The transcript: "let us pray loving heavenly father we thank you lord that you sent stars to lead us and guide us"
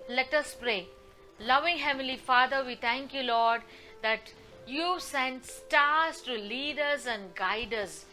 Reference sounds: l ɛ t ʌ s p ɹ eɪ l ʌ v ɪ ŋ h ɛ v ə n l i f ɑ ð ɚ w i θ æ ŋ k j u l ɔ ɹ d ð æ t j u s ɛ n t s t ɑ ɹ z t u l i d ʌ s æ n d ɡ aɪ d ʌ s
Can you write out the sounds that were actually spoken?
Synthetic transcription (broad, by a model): l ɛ t ʌ s p ɹ eɪ l ʌ v ɪ ŋ h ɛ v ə l i f ɑ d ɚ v i t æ ŋ k j u l ɔ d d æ t j u s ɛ n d s t ɑ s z t u l i d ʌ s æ n d ɡ aɪ d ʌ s